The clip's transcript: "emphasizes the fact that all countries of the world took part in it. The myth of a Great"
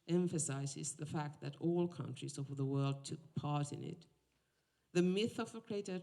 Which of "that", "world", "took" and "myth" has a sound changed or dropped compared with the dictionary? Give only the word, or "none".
none